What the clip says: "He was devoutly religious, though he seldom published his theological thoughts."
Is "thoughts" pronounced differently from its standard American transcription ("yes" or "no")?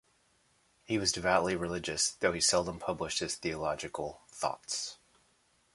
no